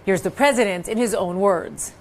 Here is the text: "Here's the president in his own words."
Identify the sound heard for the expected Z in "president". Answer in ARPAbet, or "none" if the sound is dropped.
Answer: Z